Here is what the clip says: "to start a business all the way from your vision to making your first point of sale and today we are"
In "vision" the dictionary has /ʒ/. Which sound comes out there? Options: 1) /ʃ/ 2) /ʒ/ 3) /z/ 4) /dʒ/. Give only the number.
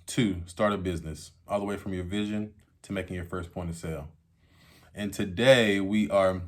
2